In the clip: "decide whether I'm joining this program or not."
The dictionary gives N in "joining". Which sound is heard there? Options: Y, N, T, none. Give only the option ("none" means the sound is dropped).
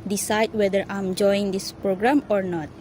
none